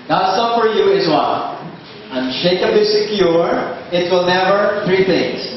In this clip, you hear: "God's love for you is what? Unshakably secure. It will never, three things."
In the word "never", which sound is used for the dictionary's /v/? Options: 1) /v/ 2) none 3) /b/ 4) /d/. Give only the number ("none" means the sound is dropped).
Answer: 1